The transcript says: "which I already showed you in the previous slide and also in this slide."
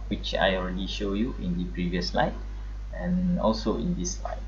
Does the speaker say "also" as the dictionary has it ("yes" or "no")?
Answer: yes